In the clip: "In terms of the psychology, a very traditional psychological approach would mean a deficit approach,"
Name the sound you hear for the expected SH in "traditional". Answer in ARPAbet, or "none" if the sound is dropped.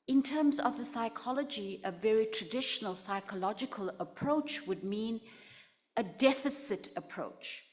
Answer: SH